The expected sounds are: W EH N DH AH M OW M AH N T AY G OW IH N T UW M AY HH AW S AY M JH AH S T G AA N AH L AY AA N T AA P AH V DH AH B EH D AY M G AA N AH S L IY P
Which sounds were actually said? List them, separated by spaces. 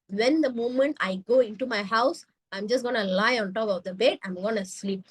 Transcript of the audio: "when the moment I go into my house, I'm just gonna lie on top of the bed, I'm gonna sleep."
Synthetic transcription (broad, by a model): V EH N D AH M OW M AH N T AY G OW IH N T UW M AY HH AW S AY M JH AH S T G AA N AH L AY AA N T AA P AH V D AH B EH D AY M G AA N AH S L IY P